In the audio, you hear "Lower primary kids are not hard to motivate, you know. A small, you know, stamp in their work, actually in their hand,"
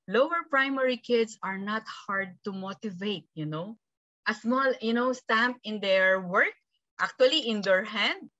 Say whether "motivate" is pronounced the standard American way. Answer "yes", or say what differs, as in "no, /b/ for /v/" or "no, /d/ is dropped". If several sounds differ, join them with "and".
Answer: yes